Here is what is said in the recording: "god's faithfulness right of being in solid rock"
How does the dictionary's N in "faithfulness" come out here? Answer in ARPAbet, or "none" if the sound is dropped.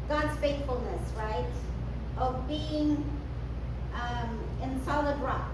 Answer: N